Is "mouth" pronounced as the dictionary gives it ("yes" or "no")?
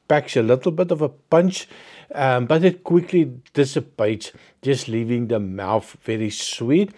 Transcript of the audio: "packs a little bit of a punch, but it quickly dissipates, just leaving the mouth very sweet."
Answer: yes